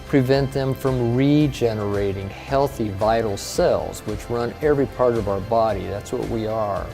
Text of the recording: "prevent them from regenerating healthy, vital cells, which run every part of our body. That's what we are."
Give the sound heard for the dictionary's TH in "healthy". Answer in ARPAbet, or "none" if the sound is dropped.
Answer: TH